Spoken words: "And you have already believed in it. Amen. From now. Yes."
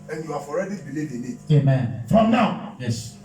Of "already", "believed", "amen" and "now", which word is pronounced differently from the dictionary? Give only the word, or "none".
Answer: believed